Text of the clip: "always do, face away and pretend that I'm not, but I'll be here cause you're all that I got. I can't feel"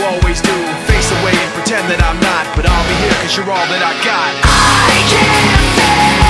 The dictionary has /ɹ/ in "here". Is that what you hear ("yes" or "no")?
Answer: yes